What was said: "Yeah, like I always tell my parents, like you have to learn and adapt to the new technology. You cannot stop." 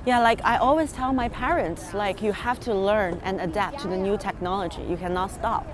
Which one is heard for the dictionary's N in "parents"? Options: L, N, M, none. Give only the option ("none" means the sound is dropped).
N